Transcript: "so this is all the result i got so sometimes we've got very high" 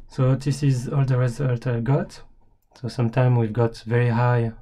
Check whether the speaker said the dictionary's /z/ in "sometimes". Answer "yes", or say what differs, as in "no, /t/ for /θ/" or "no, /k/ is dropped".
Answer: no, /z/ is dropped